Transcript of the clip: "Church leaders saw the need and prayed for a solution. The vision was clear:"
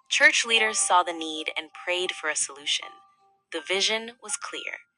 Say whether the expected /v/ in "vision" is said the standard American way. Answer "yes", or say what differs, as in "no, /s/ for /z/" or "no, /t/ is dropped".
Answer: yes